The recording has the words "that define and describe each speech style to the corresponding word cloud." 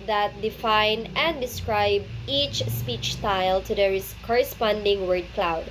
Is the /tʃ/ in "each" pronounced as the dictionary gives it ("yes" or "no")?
yes